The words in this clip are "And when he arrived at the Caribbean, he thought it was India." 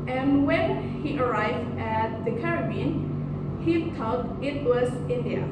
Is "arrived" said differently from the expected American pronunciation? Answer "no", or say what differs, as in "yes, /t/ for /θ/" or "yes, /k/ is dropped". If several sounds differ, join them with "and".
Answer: no